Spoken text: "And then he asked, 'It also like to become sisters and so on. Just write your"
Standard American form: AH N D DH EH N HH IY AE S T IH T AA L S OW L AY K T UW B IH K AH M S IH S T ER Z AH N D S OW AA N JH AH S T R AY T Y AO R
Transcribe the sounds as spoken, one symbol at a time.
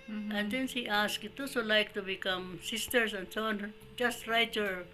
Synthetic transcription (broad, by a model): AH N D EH N HH IY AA S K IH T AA S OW L AY K T UW B IH K AH M S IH S T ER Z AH N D S OW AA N JH AH S T R AY T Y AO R